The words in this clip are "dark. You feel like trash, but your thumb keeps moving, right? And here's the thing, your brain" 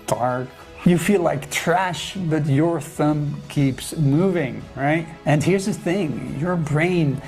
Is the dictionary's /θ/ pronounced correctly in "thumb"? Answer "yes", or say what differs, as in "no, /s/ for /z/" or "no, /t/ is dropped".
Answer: yes